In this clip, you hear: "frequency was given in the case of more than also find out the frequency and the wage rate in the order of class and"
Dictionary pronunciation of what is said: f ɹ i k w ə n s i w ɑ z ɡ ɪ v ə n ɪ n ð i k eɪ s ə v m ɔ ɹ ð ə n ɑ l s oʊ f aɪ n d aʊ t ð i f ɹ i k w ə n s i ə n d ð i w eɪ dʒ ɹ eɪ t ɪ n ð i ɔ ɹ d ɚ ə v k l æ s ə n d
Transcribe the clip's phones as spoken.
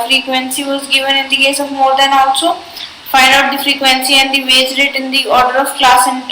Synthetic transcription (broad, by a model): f ɹ i k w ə n s i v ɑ z ɡ ɪ v ə n ɪ n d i k eɪ s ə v m ɔ ɹ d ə n ɑ l s oʊ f aɪ d aʊ t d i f ɹ i k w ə n s i ə n d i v eɪ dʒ ɹ eɪ t ɪ n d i ɔ ɹ d ɚ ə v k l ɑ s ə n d